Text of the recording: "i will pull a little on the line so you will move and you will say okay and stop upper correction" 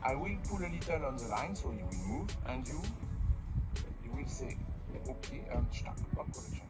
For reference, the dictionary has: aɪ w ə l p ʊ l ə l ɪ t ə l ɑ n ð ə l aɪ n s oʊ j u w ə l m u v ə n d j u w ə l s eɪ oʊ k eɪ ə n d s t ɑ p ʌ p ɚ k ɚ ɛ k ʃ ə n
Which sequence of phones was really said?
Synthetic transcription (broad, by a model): aɪ w ə l p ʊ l ə l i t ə l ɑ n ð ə l aɪ n s oʊ j u w ə l m u v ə n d j u w ə l s eɪ oʊ k eɪ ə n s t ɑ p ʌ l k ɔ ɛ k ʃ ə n